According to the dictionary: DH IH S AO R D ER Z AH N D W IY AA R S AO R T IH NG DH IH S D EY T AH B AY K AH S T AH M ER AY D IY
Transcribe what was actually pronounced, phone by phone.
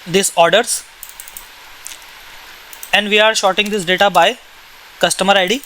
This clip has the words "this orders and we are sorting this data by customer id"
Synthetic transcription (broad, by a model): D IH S AO R D ER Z AH N D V IY AA R SH AO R T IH NG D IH S D EY T AH B AY K AH S T AH M ER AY D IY